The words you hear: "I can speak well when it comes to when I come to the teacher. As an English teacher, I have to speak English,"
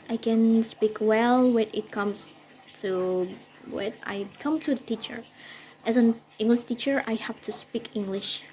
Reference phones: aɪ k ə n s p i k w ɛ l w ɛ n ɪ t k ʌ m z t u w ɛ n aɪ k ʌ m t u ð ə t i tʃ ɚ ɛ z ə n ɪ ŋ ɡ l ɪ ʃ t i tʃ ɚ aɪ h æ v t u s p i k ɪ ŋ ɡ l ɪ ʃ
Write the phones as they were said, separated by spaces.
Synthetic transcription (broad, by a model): aɪ k ə n s p i k w ɛ l w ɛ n ɪ t k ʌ m s t u w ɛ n aɪ k ʌ m t u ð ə t i tʃ ɚ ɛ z ə n ɪ ŋ ɡ l ɪ ʃ t i tʃ ɚ aɪ h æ f t u s p i k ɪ ŋ ɡ l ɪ ʃ